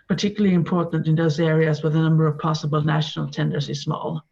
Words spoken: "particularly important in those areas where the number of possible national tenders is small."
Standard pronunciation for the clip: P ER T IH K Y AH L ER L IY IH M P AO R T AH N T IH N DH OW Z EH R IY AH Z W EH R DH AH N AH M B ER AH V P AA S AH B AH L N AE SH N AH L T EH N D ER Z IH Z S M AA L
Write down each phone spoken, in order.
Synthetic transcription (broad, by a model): P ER T IH K Y L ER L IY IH M P AO R T N T IH N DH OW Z EH R IY AH Z W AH DH AH N AH M B ER AH V P AA S AH B AH L N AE SH N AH L T EH N D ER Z IH Z S M AA L